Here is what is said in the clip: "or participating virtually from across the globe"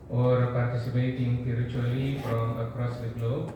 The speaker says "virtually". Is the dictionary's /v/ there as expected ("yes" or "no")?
no